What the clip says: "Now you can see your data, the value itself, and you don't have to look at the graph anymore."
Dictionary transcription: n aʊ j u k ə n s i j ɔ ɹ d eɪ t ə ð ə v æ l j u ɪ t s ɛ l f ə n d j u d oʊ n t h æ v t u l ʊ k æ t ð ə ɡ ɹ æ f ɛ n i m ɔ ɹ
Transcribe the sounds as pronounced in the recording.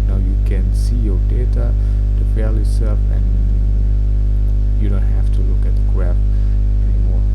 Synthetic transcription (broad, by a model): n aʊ j u k ə n s i j ɔ ɹ d eɪ t ə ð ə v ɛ l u s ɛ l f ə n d j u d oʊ n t h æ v t u l ʊ k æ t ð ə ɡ ɹ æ p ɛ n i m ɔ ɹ